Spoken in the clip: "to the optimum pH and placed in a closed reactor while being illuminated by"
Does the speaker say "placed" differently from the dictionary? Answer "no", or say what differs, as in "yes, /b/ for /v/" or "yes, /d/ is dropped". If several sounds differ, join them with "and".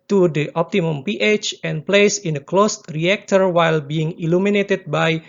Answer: yes, /t/ is dropped